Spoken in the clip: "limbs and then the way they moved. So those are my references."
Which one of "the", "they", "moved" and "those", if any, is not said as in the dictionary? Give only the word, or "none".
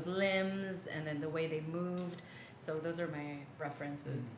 none